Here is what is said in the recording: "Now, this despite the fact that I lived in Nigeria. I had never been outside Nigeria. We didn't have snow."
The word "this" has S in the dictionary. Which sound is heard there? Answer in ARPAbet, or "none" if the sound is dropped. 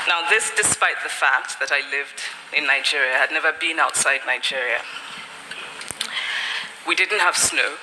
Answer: S